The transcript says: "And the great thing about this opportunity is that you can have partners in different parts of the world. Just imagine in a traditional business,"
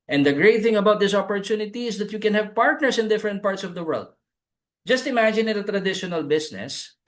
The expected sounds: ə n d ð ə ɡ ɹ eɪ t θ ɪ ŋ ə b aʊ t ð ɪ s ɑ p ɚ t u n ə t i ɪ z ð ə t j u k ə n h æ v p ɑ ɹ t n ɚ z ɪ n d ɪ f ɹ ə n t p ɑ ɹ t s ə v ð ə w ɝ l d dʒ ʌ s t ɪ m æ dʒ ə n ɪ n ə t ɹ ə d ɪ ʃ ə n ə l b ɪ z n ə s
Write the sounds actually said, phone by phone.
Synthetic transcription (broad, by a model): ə n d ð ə ɡ ɹ eɪ t θ ɪ ŋ ə b aʊ t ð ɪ s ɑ p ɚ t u n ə t i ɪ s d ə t j u k ə n h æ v p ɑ ɹ t n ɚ s ɪ n d ɪ f ɹ ə n t p ɑ ɹ t s ə v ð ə w ɝ l d dʒ ʌ s t ɪ m æ dʒ ə n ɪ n ə t ɹ ə d ɪ ʃ ə n ə l b ɪ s n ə s